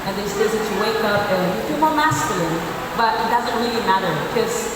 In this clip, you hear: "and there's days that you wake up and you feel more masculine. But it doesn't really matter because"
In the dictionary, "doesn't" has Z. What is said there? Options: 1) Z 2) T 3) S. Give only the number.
1